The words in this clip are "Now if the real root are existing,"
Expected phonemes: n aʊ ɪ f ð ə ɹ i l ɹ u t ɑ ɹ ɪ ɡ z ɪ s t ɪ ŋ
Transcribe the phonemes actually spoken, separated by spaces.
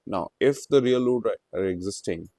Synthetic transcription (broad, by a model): n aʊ ɪ f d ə ɹ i l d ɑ ɑ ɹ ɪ ɡ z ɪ s t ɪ ŋ